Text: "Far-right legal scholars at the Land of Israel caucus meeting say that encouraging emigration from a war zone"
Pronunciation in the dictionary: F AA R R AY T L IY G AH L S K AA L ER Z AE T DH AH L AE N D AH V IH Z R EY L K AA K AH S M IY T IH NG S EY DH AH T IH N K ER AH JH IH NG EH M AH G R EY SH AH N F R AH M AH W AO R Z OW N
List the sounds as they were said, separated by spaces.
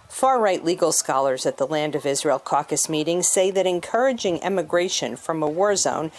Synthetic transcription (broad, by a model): F AA R R AY T L IY G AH L S K AA L ER Z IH T DH AH L AE N D AH V IH Z R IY L K AA K AH S M IY T IH NG S EY DH AH T IH N K ER AH JH IH NG EH M AH G R EY SH AH N F R AH M AH W AO R Z OW N